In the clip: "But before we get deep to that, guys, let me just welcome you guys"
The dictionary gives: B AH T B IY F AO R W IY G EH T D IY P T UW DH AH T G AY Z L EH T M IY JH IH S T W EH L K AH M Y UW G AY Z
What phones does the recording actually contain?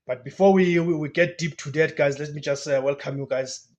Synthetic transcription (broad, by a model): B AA T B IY F AO W W IY G EH T D IY P T UW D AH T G AY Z L EH T M IY JH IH S T W EH L K AH M Y UW G AY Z